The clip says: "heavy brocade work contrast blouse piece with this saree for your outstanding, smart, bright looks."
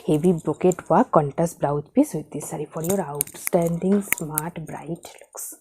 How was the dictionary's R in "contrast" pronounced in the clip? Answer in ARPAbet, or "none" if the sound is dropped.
none